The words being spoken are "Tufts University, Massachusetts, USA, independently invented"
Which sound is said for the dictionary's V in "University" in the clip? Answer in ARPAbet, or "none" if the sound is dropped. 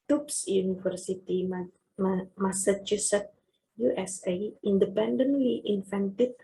F